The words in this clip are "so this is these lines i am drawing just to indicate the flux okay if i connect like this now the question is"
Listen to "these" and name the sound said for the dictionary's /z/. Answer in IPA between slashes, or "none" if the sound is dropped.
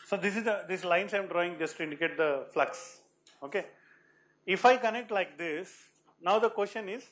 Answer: /s/